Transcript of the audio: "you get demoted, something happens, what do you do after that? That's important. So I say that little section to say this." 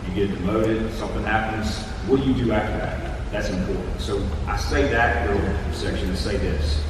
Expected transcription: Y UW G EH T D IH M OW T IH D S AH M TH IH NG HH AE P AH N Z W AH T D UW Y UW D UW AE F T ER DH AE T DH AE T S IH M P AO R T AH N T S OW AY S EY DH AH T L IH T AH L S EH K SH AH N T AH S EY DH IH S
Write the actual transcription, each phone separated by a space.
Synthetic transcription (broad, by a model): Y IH G EH T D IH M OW T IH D S AH M TH IH NG HH AE P AH N Z W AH Y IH D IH AE F T ER DH AE T DH AE T S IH M P AO R T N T S OW AY S EY DH AH T W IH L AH S EH K SH AH N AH S EY DH IH S